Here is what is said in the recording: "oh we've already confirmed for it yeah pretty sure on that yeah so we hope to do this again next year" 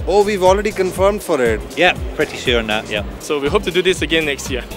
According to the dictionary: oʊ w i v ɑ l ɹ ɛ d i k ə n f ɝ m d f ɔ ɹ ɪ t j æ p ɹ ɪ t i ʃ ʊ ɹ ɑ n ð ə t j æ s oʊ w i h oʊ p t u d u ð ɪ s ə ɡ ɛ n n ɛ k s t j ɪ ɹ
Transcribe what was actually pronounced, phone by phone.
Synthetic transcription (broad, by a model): oʊ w i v ɑ l ɹ ɛ d i k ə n f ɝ m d f ɔ ɹ ɪ t j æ p ɹ ɪ t i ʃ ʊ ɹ n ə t j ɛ s oʊ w i h oʊ p t u d u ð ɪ s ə ɡ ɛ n n ɛ k s t j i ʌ